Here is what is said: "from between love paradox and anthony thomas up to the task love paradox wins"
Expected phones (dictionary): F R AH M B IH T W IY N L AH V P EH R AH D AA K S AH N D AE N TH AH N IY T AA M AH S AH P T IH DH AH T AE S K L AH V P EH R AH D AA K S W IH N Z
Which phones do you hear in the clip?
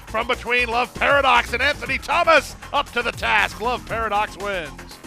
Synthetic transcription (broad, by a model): F R AH M B IH T W IY N L AH V P EH R AH D AA K S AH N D AE N TH AH N IY T AA M AH S AH P T IH DH AH T AE S K L AH V P EH R AH D AA K S W IH N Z